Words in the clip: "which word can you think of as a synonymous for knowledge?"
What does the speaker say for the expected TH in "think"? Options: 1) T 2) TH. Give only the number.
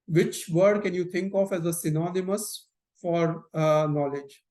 1